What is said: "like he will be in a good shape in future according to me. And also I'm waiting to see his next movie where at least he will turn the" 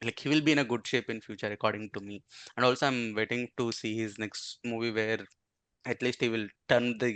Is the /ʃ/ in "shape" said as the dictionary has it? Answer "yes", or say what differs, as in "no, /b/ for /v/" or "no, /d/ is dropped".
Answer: yes